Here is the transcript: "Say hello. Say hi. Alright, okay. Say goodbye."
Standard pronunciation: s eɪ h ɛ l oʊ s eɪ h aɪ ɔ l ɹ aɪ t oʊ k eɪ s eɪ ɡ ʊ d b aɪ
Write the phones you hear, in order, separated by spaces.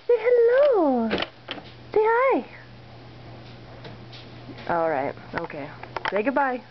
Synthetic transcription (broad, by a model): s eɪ h ɛ l oʊ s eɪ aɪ ɔ l ɹ aɪ t oʊ k eɪ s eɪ ɡ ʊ d b aɪ